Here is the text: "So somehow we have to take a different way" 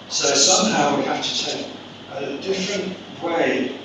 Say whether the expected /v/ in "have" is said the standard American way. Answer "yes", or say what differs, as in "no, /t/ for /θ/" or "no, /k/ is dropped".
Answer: no, /f/ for /v/